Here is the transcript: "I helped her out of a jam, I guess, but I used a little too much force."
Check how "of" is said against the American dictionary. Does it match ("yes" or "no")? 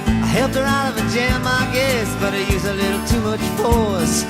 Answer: yes